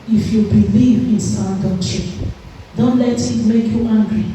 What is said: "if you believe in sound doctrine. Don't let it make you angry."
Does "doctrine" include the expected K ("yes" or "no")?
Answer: no